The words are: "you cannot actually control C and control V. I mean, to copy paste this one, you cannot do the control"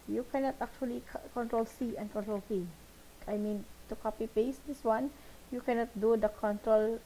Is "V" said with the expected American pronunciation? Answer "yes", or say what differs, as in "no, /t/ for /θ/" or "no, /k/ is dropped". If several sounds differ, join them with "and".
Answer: no, /f/ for /v/